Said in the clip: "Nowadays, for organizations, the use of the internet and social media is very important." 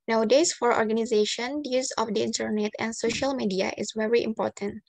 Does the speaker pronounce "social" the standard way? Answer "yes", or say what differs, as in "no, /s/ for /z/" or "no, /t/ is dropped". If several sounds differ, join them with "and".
yes